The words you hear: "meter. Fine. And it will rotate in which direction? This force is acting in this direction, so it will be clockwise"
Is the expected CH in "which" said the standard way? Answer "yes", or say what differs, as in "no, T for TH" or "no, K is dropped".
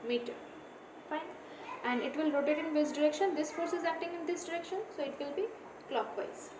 no, S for CH